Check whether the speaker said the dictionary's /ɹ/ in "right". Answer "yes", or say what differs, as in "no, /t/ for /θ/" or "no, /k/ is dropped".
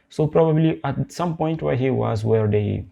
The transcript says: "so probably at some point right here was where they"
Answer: no, /w/ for /ɹ/